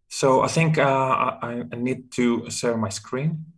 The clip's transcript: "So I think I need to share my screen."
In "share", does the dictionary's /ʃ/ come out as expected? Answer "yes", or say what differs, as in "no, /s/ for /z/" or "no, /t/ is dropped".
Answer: no, /s/ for /ʃ/